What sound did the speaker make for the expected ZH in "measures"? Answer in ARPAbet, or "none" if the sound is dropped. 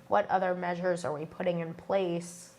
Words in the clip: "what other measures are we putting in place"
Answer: ZH